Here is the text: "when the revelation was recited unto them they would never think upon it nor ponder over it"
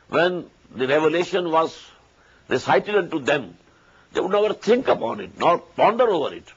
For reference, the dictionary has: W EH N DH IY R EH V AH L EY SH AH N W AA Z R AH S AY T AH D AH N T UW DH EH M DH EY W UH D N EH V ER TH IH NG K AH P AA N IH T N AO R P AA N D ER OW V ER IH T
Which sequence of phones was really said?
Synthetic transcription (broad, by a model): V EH N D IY R EH V AH L EY SH AH N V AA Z R AH S AY T AH D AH N T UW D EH M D EY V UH D N EH V ER T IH NG K AH P AA N IH T N AO R P AA N D ER OW V ER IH T